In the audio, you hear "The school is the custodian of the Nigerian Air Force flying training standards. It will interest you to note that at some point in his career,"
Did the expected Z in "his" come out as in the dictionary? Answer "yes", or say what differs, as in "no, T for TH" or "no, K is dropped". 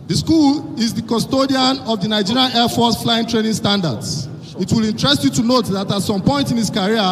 no, S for Z